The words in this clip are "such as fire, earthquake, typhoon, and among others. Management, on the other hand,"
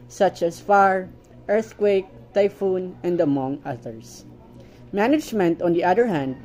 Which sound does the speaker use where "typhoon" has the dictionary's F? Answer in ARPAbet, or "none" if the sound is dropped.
F